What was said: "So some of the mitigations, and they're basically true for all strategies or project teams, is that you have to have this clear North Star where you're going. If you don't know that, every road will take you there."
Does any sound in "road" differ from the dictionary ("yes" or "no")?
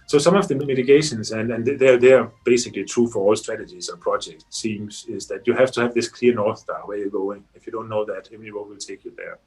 yes